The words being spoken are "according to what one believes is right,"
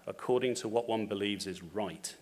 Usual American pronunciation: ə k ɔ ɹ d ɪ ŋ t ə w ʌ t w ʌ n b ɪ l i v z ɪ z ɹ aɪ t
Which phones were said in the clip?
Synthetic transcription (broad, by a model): ə k ɔ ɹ d ɪ ŋ t ə w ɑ t w ʌ n b ɪ l i v z ɪ z ɹ aɪ t